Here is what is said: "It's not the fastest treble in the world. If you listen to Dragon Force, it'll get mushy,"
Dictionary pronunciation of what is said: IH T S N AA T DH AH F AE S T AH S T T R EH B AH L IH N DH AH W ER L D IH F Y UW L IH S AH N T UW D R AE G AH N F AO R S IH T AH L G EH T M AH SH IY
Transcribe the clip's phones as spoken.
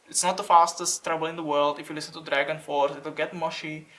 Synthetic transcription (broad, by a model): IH T S N AA T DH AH F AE S T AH S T T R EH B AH L IH N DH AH W ER L D IH F Y UW L IH S AH N T UW D R AE G AH N F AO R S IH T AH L G EH T M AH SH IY